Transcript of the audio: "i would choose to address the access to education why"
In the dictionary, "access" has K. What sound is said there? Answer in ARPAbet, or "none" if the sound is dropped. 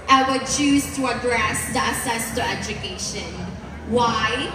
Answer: none